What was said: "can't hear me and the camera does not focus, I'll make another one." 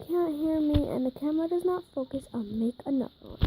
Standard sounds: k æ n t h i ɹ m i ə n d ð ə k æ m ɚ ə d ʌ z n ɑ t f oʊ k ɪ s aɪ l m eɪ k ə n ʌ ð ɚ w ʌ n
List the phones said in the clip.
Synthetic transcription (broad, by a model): k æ n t h i ɹ m i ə n ð ə k æ m ɚ ə d ʌ z n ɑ t f oʊ k ɪ s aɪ n m eɪ k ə n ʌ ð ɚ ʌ